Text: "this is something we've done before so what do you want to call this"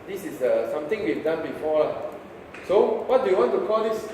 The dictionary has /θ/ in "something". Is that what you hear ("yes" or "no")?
no